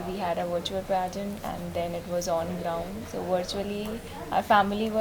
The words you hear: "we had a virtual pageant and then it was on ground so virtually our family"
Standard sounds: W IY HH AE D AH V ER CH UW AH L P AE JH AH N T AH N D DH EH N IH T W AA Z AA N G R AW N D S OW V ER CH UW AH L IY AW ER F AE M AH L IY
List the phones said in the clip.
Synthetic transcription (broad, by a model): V IY HH AE D AH V ER CH UW AH L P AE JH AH N AH N D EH N IH T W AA Z AA N G R AW N D S OW V ER CH UW AH L IY AW ER F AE M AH L IY